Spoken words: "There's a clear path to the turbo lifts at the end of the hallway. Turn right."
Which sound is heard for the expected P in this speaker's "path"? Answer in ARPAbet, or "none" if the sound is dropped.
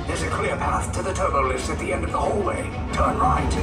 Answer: P